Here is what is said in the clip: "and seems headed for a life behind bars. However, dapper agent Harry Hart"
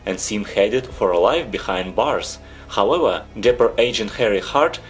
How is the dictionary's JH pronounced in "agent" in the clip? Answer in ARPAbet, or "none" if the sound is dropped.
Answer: JH